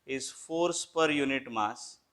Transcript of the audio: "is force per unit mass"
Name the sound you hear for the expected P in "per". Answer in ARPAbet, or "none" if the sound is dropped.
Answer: P